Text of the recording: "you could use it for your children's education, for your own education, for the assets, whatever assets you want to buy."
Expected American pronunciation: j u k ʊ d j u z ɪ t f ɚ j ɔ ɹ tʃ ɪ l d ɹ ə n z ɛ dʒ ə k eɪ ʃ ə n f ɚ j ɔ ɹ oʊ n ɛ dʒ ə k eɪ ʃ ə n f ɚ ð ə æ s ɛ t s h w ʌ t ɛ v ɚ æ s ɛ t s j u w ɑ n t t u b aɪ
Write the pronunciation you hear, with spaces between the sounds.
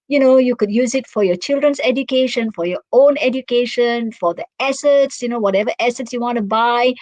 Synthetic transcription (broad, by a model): j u k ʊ d j u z ɪ t f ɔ j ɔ tʃ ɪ l d ɹ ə n s ɛ dʒ ə k eɪ ʃ ə n f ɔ j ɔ oʊ n ɛ dʒ ə k eɪ ʃ ə n f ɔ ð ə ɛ s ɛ t s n w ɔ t ɛ v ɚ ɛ s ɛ t s j u w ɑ n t t u b aɪ